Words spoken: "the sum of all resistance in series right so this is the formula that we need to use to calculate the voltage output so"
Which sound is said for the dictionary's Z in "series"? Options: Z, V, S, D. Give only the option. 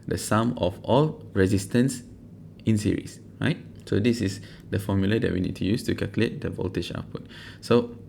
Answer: S